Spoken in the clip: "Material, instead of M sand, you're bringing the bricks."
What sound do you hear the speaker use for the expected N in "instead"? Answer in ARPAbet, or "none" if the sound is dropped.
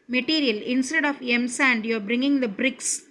N